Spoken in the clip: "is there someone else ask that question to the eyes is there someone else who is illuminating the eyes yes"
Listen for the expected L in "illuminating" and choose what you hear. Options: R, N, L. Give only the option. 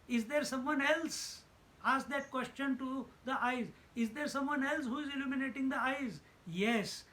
L